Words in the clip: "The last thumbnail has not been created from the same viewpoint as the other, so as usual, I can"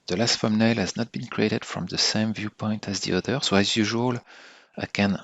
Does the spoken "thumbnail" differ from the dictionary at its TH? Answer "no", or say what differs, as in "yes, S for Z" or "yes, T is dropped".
yes, F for TH